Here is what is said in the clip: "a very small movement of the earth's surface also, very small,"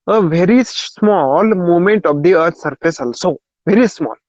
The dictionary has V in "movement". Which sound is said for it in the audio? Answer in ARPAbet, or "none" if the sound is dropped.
none